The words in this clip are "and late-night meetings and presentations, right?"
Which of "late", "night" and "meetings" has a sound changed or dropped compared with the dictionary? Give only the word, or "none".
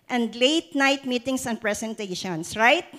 meetings